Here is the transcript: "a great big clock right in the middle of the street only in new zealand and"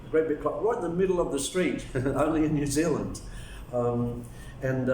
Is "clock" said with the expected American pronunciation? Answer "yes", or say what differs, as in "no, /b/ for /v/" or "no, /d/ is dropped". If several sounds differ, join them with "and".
no, /l/ is dropped